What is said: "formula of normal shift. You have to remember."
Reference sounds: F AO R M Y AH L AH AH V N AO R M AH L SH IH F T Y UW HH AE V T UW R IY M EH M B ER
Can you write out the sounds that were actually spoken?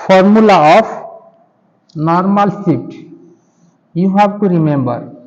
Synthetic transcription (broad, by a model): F AO R M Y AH L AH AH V N AO R M AH L S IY T Y UW HH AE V T UW R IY M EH M B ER